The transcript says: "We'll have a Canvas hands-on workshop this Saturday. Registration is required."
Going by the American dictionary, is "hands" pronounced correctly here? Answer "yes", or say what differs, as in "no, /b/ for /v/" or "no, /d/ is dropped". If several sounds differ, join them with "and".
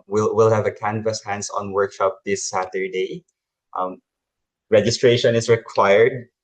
no, /s/ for /z/